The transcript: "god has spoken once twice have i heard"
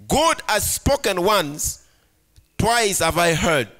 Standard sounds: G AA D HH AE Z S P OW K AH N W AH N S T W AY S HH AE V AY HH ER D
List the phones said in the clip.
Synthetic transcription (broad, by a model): G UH D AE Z S P OW K AH N W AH N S T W AY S HH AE V AY HH ER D